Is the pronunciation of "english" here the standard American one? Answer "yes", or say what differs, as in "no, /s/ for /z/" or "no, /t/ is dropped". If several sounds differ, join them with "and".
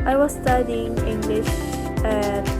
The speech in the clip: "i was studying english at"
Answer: yes